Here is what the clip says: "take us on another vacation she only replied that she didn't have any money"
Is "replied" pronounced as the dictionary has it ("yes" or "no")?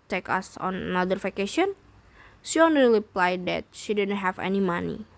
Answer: no